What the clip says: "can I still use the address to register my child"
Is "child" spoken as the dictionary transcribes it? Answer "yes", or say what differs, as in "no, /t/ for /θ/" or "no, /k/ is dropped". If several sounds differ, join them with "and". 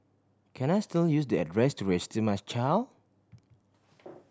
no, /d/ is dropped